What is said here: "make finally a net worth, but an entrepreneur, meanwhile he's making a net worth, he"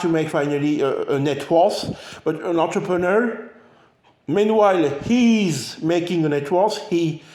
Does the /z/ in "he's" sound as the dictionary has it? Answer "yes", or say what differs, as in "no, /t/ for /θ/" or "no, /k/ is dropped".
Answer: yes